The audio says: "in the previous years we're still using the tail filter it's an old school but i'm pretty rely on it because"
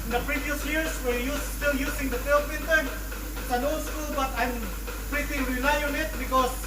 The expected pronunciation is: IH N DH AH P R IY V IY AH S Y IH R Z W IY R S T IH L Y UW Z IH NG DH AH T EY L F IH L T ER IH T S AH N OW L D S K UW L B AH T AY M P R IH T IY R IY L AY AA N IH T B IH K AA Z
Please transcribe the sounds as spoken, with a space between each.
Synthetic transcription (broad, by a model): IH N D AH P R IY V IY AH S Y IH R S W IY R S T IH L Y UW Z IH NG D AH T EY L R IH N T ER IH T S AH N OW S K UW L B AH T AY M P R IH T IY R IY L AY AA N IH T B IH K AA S